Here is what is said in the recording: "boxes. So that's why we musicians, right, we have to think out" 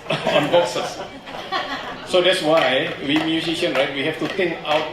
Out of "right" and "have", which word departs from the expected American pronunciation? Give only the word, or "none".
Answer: have